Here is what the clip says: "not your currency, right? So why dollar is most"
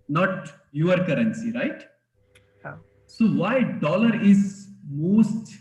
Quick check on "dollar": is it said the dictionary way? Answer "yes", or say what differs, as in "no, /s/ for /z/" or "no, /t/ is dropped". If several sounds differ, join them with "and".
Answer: yes